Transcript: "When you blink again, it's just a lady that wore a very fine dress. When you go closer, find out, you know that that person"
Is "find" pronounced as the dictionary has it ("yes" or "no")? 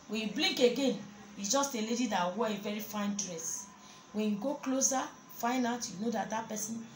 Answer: no